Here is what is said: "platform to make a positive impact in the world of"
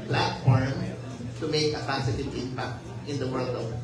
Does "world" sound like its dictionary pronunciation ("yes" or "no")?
yes